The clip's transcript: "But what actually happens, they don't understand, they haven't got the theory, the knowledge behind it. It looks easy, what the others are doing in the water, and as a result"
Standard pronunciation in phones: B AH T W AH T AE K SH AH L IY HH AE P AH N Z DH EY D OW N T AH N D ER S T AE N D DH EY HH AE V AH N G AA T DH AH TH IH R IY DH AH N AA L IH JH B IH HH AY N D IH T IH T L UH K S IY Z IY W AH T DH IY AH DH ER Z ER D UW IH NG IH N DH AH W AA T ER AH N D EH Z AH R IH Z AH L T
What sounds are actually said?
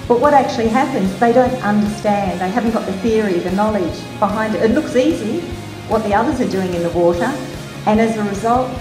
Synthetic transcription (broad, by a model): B AH T W AH T AE K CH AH L IY HH AE P AH N Z DH EY D OW N T AH N D ER S T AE N DH EY HH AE V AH N G AA T DH AH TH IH R IY DH AH N AA L IH JH B IH HH AY N D IH T IH T L UH K S IY Z IY W AH T DH IY AH DH ER Z ER D UW IH NG IH N DH AH W AA T ER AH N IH Z AH R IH Z AH L T